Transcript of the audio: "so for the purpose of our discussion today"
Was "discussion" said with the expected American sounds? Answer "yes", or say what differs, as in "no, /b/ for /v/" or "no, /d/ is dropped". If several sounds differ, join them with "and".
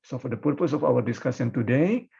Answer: no, /s/ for /ʃ/